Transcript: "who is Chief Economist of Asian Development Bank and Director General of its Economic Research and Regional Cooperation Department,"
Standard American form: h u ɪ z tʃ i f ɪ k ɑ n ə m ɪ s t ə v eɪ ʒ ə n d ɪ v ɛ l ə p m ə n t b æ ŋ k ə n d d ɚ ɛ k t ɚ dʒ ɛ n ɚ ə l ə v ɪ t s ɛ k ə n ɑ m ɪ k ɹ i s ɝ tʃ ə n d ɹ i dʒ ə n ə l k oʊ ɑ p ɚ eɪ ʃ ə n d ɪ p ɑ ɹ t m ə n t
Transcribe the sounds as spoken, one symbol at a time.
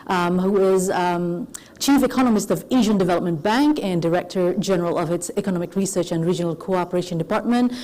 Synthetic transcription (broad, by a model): h u ɪ z tʃ i f ɪ k ɑ n ə m ɪ s t ə v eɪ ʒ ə n d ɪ v ɛ l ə p m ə n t b æ ŋ k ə n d d ɚ ɛ k t ɚ dʒ ɛ n ɚ ə l ə v ɪ t s ɛ k ə n ɑ m ɪ k ɹ i s ɝ tʃ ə n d ɹ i dʒ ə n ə l k oʊ ɑ p ɚ eɪ ʃ ə n d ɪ p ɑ ɹ t m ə n t